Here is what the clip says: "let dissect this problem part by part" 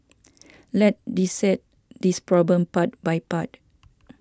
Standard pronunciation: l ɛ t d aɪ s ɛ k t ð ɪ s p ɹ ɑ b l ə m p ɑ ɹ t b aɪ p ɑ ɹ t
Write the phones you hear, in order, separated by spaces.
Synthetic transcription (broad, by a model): l ɛ t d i s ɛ t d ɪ s p ɹ ɑ b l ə m p ɑ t b aɪ p ɑ t